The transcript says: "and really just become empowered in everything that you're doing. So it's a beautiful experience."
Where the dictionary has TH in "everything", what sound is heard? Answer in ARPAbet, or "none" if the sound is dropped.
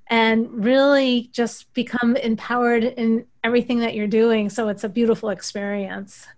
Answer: TH